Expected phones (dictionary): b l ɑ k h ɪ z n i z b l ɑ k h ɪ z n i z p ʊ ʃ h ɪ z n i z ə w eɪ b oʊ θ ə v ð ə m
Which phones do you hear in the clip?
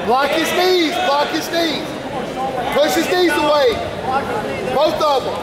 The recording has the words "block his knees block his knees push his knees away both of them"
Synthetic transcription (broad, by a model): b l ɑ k h ɪ z n i z b l ɑ k h ɪ z n i z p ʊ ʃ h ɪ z n i z ə w eɪ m oʊ t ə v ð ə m